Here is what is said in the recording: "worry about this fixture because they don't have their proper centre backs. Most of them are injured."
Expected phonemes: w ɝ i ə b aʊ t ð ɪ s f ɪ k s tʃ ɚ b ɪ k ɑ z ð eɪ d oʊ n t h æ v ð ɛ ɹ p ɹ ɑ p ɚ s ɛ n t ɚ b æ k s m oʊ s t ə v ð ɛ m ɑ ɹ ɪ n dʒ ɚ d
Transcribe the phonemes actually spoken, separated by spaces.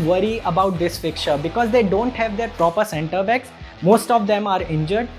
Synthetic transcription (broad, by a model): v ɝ i ə b aʊ t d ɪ s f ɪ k tʃ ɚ b ɪ k ɑ z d eɪ d oʊ n t h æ v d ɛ ɹ p ɹ ɑ p ɚ s ɛ n t ɚ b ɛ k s m oʊ s t ə v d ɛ m ɑ ɹ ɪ n dʒ ɚ d